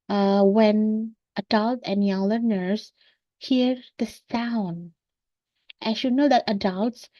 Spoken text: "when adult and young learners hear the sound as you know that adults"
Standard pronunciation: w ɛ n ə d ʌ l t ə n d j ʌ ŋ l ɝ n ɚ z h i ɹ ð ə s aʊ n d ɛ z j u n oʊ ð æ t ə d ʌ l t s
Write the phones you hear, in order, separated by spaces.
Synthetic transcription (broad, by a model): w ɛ n ə d ʌ l t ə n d j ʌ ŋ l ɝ n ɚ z h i ɹ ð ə s aʊ n d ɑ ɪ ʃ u n oʊ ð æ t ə d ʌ l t s